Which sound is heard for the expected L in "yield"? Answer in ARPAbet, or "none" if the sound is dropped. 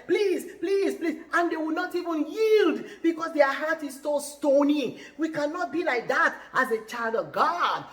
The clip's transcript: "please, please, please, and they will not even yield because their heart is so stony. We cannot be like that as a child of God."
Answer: L